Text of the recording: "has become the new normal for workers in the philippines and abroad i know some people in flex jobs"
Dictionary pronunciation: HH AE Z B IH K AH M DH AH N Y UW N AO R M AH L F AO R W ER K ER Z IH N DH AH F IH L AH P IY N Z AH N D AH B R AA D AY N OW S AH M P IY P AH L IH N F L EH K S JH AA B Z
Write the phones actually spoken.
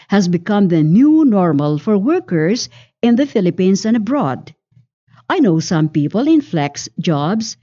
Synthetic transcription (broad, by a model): HH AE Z B IH K AH M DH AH N Y UW N AO R M AH L F AO R W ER K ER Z IH N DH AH F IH L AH P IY N S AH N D AH B R AA D AY N OW S AH M P IY P AH L IH N F L EH K S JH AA B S